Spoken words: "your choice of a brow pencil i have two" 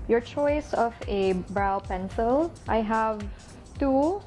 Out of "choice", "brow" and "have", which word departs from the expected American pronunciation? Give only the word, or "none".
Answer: none